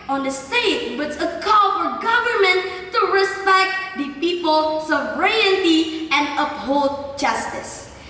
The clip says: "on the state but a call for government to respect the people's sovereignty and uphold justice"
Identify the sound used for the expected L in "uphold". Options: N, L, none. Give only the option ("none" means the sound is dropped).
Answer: L